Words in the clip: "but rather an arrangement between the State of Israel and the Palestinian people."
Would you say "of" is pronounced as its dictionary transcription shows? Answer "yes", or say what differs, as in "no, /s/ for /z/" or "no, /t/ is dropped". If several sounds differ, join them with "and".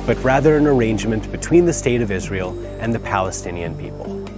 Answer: yes